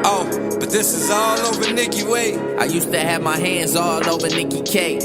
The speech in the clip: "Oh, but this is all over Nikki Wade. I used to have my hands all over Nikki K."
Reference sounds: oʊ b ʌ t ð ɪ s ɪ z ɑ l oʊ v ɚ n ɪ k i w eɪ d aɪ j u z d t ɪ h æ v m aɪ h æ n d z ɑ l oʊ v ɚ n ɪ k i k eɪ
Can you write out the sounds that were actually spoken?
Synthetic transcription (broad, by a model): oʊ b ʌ t ð ɪ s ɪ z ɑ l oʊ v ɚ n ɪ k i w eɪ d aɪ j u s t ɪ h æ v m aɪ h æ n d z ɑ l oʊ v ɚ n ɪ k i k eɪ